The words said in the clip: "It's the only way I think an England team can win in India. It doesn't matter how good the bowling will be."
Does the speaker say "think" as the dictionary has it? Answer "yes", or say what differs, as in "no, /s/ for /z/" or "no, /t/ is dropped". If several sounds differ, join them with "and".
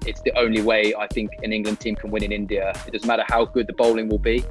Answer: yes